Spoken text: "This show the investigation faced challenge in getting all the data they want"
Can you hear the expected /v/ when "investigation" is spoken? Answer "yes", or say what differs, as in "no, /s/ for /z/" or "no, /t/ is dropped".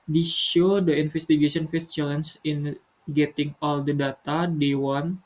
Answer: no, /f/ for /v/